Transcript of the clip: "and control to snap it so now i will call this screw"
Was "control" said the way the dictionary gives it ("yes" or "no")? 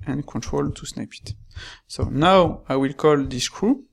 yes